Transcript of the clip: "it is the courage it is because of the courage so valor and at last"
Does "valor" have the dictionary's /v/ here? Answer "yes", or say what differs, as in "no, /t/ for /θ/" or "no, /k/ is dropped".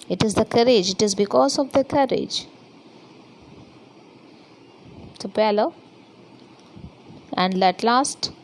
no, /p/ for /v/